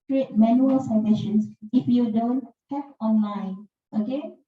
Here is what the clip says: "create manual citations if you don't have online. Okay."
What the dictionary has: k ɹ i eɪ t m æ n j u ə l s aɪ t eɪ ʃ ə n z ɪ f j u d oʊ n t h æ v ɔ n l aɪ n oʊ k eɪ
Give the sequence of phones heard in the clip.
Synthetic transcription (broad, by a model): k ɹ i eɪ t m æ n j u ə l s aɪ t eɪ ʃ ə n s ɪ f j u d oʊ n t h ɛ p ɔ n l aɪ n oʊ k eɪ